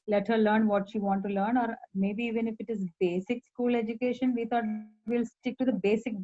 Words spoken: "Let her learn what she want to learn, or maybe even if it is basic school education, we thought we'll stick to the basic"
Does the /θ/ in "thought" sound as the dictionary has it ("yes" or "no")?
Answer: no